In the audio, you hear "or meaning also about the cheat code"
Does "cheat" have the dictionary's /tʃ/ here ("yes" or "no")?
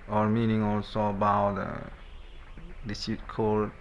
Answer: no